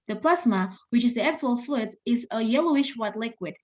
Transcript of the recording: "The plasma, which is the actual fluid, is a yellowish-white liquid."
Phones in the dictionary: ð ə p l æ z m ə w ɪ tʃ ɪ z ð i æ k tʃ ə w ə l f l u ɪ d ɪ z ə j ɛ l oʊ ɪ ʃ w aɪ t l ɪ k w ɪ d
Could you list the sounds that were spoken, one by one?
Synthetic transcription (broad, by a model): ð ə p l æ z m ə w ɪ tʃ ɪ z ð i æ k tʃ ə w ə l f l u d ɪ z ə j ɛ l oʊ ɪ ʃ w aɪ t l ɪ k w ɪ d